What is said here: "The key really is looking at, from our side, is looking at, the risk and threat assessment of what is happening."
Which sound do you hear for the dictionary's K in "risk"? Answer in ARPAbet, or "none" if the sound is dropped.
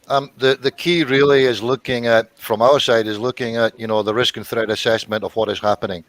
K